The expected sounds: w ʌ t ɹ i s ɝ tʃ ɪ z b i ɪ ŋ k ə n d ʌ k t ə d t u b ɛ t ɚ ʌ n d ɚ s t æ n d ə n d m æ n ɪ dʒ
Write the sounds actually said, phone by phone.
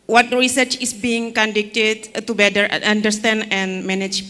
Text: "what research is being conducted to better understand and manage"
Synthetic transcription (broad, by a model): w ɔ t ɹ i s ɝ tʃ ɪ s b i ɪ ŋ k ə n d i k t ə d t u b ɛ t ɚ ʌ n d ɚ s t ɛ n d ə n m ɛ n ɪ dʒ